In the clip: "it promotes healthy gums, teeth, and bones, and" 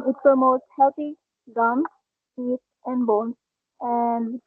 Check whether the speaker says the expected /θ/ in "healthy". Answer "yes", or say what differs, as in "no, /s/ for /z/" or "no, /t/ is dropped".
no, /t/ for /θ/